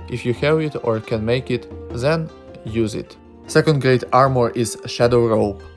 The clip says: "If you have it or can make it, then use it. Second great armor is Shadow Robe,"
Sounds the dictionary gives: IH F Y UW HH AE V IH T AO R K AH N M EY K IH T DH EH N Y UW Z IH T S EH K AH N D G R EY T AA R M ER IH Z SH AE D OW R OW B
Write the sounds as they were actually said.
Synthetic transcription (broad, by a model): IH F Y UW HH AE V IH T AO R K AH N M EY K IH T DH EH N Y UW Z IH T S EH K AH N D G R EY T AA R M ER IH Z SH AE D OW R OW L